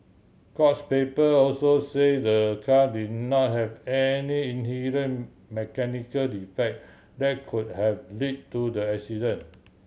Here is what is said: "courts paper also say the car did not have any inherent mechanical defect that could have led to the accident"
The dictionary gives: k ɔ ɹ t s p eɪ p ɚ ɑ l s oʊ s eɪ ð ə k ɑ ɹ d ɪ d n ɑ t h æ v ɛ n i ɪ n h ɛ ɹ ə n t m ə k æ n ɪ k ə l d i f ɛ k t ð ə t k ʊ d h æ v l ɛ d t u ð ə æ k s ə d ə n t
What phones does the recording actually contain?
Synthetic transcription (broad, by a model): k ɔ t s p eɪ p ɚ ɑ l s oʊ s eɪ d ə k ɑ d ɪ d n ɑ t h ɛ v ɛ n i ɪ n h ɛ ɹ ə n m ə k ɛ n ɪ k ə l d i f ɛ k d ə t k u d h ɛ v l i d t u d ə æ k s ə d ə n